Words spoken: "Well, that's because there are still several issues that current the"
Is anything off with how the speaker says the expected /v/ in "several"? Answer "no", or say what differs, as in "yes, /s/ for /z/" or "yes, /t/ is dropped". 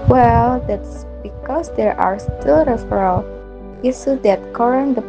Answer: yes, /f/ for /v/